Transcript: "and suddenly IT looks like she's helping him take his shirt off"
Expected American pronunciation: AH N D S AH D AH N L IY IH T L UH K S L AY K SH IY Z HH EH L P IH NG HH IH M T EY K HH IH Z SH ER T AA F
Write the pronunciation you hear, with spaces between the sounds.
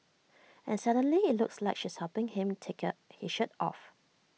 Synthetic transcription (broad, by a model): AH N S AH D AH N L IY IH T L UH K S L AY K SH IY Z HH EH P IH NG HH IH M T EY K HH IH SH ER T AA F